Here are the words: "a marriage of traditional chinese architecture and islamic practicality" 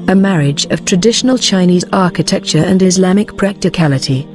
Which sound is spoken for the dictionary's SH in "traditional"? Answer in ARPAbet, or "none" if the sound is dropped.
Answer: SH